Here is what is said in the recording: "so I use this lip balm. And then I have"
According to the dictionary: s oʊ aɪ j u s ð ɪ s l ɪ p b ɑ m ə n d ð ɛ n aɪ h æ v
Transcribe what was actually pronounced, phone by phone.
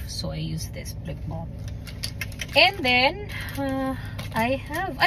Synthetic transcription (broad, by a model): s oʊ aɪ j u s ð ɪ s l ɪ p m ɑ ə n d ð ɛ n aɪ h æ v